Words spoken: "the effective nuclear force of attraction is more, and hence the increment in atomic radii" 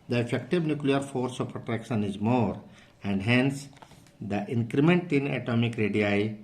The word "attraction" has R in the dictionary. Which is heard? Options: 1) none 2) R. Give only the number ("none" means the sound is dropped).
2